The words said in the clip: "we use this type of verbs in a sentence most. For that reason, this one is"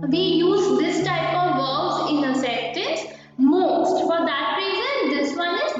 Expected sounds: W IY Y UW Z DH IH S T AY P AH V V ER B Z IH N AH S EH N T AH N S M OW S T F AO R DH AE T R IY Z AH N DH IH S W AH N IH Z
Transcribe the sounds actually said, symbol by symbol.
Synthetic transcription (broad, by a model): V IY Y UW Z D IH S T AY P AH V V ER Z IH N AH S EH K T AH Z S M OW S T F AO R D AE T R IY Z AH N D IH S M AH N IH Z